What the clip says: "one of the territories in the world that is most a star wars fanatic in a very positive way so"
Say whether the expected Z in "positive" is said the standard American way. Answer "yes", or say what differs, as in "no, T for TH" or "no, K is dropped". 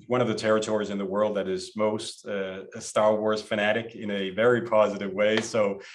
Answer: yes